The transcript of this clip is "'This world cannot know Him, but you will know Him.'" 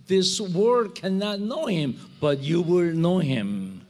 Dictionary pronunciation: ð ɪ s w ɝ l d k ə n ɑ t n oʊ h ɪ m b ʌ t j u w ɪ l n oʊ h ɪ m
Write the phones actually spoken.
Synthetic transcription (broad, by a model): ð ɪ s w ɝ d k ə n ɑ t n oʊ h ɪ m b ʌ t j u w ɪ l n oʊ h ɪ m